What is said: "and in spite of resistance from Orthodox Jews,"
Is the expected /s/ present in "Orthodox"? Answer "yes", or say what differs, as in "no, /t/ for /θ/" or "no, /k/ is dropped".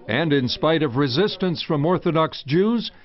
yes